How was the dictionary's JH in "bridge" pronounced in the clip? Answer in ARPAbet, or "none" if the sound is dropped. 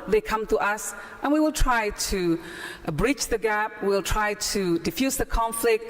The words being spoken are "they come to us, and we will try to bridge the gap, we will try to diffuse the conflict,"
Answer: CH